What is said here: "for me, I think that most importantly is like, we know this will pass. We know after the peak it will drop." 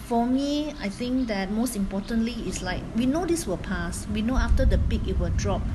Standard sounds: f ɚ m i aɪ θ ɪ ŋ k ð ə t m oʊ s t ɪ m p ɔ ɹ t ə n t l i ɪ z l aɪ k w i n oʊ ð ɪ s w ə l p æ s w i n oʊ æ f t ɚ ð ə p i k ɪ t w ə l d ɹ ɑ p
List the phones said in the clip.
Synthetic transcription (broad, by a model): f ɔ m i aɪ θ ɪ ŋ k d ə t m oʊ s t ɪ m p ɔ t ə n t l i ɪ s l aɪ k w i n oʊ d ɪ s w ə l p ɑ s w i n oʊ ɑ f t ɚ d ə p i k ɪ t w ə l d ɹ ɑ p